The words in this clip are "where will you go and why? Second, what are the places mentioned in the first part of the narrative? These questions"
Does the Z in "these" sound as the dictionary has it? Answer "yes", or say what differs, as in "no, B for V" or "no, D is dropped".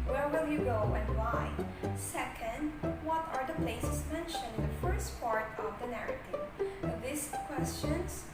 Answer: no, S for Z